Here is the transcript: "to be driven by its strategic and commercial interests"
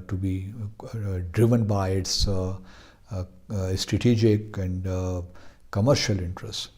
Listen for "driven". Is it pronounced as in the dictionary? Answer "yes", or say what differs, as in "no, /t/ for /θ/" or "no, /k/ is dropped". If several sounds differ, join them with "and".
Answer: yes